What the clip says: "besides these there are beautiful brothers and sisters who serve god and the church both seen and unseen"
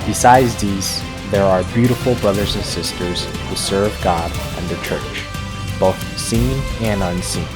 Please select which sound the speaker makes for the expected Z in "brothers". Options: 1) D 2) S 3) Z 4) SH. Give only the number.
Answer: 3